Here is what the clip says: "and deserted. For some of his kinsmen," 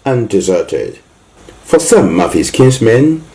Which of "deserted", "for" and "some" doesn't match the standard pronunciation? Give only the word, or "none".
none